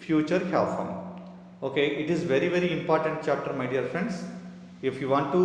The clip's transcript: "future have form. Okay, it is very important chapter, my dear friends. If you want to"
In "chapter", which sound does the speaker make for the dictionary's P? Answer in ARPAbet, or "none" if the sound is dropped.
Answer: P